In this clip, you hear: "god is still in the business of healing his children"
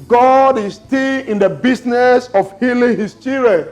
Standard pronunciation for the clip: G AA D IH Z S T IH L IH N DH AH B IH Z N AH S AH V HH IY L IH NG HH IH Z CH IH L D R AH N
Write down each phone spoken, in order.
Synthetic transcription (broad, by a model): G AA D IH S T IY L IH N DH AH B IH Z N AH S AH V HH IY L IH NG HH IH S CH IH R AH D